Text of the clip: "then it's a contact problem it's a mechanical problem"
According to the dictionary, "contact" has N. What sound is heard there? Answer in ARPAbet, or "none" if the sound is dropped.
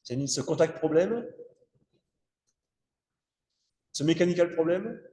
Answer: none